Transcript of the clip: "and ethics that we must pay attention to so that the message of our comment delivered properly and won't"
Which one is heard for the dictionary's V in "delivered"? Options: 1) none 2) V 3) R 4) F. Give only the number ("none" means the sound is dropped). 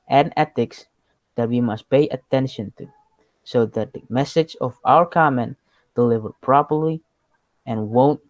2